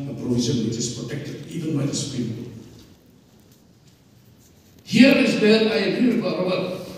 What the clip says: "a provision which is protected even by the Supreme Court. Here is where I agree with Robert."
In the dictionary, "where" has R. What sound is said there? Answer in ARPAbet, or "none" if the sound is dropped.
L